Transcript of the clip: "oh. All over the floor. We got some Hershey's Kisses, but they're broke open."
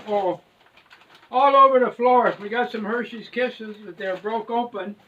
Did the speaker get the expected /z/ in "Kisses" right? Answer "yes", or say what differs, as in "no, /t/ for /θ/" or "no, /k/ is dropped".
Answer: yes